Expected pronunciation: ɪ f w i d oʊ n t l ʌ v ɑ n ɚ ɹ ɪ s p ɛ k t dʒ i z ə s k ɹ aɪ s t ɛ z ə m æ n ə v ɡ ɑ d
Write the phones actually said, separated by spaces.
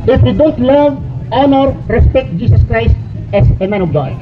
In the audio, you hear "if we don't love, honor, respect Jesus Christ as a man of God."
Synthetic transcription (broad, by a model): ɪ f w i d oʊ n t l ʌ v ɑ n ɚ ɹ ɪ s p ɛ k t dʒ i s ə s k ɹ aɪ s t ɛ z ə m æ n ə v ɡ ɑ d